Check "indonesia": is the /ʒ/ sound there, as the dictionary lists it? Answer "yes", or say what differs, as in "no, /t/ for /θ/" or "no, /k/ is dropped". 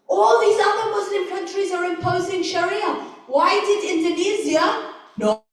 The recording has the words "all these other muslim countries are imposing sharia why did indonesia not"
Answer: no, /z/ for /ʒ/